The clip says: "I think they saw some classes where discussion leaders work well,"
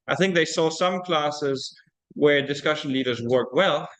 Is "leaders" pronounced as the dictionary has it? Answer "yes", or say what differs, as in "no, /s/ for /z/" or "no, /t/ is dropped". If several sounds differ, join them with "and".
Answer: yes